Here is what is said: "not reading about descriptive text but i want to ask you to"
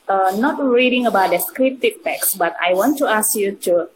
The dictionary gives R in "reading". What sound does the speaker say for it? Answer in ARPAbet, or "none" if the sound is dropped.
R